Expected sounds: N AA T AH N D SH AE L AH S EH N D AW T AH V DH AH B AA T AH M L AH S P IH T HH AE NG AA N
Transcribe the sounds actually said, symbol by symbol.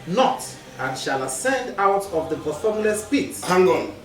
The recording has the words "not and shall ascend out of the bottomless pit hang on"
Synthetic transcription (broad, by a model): N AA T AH N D SH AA L AH S EH N D AW T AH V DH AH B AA S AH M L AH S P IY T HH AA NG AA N